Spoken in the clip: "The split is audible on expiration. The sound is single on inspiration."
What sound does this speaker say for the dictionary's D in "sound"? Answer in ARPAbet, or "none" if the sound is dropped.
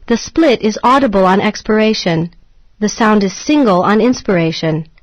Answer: D